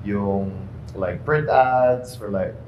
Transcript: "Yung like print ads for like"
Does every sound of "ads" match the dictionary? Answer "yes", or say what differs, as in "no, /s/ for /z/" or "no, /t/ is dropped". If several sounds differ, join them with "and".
no, /s/ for /z/